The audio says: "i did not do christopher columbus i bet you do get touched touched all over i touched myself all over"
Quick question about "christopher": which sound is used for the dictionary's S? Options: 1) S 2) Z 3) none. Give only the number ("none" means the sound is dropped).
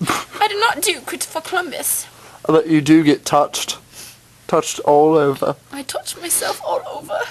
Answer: 3